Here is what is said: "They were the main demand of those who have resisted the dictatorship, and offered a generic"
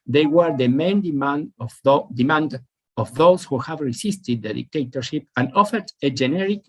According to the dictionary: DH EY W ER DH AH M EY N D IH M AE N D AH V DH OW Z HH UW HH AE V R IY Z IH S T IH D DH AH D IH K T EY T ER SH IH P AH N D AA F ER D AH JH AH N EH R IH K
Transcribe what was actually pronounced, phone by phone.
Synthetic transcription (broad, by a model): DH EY W ER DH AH M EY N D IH M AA N D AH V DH OW S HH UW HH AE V R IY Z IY S T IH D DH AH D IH K T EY T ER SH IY P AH N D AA F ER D AH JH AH N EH R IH K